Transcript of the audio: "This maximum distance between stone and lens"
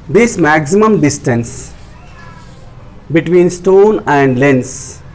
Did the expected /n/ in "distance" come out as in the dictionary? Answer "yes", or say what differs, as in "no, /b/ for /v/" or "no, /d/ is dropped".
yes